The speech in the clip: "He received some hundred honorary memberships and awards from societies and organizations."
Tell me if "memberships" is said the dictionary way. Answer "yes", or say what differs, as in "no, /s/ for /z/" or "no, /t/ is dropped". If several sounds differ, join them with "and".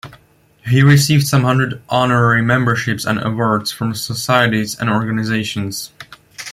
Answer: yes